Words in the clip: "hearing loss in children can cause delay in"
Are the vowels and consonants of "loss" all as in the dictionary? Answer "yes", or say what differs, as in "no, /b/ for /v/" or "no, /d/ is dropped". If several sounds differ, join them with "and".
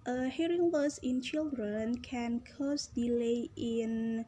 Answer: no, /w/ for /l/